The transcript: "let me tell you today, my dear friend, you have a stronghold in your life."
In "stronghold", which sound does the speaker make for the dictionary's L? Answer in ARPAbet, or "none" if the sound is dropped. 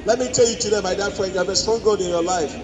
none